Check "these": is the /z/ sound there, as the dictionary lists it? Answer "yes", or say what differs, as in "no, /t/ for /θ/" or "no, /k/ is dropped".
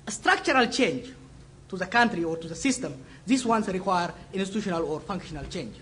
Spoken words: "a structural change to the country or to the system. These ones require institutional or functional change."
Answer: no, /s/ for /z/